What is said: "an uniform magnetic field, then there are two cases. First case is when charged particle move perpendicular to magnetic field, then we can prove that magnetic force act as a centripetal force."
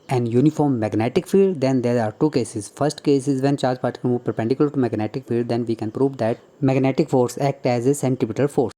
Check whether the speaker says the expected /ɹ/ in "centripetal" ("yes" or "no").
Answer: no